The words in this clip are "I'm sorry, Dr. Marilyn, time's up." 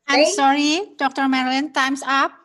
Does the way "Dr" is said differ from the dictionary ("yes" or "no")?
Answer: no